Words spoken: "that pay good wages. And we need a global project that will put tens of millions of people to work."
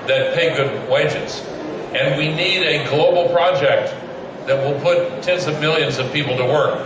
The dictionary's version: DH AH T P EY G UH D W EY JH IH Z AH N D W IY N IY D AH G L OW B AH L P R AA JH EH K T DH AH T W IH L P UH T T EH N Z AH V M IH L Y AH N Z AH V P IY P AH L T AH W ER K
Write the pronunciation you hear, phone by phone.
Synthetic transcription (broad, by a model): DH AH T P EY G UH D W EY JH IH Z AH N W IY N IY D AH G L OW B L P R AA JH EH K T DH AH T W IH L P UH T T EH N Z AH V M IH L Y AH N Z AH V P IY P L T AH W ER K